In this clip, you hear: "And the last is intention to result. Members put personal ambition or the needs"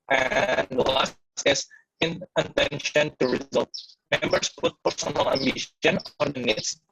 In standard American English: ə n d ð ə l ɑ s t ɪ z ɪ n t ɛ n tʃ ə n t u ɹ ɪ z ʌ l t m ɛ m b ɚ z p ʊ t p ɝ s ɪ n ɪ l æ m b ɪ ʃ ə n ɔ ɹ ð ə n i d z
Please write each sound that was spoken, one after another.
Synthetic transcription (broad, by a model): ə n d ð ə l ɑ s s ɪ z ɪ n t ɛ n ʃ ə n t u ɹ ɪ z ʌ l t m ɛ m b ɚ s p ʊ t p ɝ s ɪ n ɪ l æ m b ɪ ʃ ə n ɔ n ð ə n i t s